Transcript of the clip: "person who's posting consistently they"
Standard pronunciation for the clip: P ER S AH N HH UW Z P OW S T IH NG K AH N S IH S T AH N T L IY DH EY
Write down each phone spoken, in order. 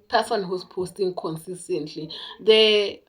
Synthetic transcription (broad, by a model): P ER S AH N HH UW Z P OW S T IH NG K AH N S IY S T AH N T L IY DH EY